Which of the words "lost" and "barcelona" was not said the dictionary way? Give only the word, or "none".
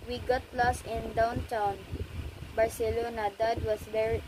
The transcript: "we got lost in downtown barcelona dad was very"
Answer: lost